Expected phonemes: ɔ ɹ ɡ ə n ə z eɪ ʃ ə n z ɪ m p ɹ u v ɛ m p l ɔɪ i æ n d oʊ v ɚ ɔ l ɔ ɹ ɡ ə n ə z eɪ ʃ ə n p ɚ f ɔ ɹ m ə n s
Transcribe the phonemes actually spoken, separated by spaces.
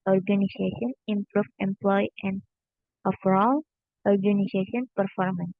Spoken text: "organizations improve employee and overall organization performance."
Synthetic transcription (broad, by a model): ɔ ɹ ɡ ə n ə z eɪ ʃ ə n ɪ m p ɹ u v ɛ m p l ɔɪ i n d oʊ f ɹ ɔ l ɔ ɹ ɡ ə n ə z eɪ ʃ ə n p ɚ f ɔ ɹ m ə n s